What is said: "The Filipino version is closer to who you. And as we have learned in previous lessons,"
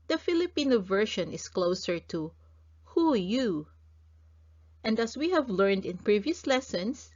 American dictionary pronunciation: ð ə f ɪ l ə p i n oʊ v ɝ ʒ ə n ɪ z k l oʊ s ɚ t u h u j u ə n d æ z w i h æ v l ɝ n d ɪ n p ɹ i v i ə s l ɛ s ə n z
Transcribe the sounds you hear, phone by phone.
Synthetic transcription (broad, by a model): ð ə f ɪ l ə p i n oʊ v ɝ ʃ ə n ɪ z k l oʊ s ɚ t u h u j u ə n d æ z w i h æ v l ɝ n d ɪ n p ɹ i v i ə s l ɛ s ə n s